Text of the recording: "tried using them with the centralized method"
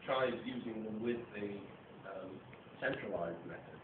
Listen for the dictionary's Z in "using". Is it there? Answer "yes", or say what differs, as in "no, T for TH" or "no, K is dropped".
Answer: yes